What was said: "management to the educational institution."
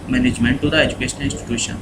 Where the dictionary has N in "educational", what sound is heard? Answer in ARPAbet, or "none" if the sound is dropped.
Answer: none